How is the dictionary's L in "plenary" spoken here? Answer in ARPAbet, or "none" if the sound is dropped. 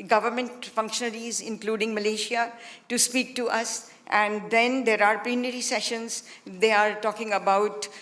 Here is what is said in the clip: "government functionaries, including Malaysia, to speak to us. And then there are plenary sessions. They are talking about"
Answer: none